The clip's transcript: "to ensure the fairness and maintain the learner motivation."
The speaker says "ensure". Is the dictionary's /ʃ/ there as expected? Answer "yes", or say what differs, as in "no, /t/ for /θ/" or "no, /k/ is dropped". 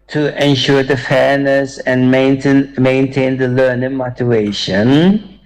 yes